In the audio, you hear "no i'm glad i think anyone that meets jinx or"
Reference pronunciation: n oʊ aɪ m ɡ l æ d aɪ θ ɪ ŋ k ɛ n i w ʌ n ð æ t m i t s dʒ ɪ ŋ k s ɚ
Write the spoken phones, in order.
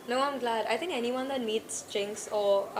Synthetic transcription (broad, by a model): n oʊ aɪ m ɡ l æ d aɪ t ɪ ŋ k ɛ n i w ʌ n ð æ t m i t s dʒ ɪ ŋ k s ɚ